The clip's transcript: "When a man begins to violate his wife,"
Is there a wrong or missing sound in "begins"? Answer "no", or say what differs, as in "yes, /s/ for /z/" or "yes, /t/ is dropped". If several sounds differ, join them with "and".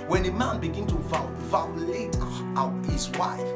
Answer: yes, /z/ is dropped